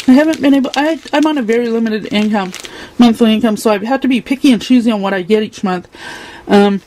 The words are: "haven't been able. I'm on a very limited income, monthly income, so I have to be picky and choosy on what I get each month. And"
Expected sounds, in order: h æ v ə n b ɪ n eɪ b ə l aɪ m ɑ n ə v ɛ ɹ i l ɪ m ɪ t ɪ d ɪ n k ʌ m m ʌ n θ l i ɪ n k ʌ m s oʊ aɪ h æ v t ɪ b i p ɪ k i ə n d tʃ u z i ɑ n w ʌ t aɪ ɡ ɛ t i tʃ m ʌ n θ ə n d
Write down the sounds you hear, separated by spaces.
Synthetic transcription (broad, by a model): h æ v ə n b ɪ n eɪ b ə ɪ aɪ m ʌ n ə v ɛ ɹ i l ɪ m ɪ t ɪ d ɪ n k ʌ m m ʌ n θ l i ɪ n k ʌ m s oʊ aɪ h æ f t ɪ b i p ɪ k i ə n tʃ u z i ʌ n w ʌ t aɪ ɡ ɛ t i tʃ m ʌ n θ ə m